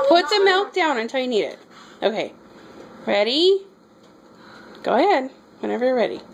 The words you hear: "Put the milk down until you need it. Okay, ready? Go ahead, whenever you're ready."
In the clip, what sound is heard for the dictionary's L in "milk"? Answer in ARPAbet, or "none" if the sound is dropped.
L